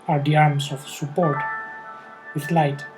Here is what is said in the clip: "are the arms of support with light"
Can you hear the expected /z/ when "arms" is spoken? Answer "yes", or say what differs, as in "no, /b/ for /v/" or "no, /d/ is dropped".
no, /s/ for /z/